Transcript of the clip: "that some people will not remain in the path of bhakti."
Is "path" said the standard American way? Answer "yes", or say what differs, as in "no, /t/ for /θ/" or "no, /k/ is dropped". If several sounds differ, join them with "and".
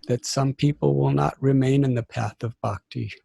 yes